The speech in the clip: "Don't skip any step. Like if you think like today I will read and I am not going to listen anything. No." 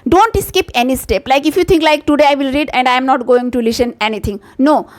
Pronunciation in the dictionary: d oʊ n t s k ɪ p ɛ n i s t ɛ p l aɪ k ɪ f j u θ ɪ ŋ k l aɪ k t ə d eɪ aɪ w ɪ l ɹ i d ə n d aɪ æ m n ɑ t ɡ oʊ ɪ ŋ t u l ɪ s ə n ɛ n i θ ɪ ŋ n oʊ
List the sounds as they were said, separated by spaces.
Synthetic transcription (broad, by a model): d oʊ n t s k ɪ p ɛ n i s t ɛ p l aɪ k ɪ f j u t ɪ ŋ k l aɪ k t ə d eɪ aɪ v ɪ l ɹ i d ə n d aɪ m n ɑ t ɡ oʊ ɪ ŋ t u l ɪ s ə n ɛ n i t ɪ ŋ n oʊ